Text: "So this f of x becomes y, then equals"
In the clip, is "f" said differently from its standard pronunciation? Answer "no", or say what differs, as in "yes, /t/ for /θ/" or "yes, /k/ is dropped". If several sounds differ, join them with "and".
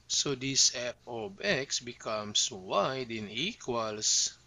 yes, /p/ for /f/